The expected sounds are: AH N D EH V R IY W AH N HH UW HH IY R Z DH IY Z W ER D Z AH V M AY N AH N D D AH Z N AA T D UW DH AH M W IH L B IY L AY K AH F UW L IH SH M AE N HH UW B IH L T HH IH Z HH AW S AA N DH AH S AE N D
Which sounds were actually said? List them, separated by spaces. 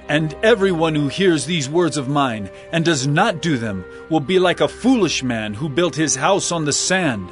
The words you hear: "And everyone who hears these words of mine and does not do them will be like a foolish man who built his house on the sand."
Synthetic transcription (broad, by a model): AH N EH V R IY W AH N HH UW HH IY R Z DH IY Z W ER D Z AH V M AY N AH N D D AH Z N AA T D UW DH AH M W IH L B IY L AY K AH F UW L IH SH M AE N HH UW B IH L T HH IH Z HH AW S N DH AH S AE N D